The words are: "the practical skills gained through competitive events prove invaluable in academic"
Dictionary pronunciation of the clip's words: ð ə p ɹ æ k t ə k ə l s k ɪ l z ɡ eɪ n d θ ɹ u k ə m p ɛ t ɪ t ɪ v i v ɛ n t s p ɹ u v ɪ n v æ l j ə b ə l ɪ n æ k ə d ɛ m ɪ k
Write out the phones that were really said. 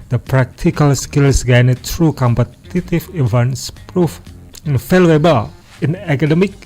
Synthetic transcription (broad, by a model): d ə p ɹ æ k t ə k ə l s k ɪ l s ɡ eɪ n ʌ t ɹ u k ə m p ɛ t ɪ t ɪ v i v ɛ n s p ɹ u f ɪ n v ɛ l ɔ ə b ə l ɪ n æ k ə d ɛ m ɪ k